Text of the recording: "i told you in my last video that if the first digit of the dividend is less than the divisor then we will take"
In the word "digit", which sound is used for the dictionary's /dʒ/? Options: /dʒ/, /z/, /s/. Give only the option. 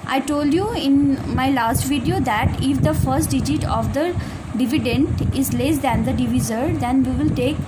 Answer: /dʒ/